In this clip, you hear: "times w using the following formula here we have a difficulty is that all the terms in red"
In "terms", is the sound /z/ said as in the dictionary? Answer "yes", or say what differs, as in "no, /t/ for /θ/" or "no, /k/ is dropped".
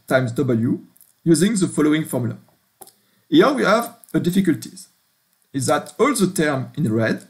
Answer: no, /z/ is dropped